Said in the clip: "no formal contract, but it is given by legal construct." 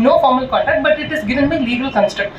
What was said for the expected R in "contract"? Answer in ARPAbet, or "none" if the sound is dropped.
none